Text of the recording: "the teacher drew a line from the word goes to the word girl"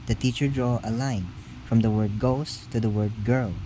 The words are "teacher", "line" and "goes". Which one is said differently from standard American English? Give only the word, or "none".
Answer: goes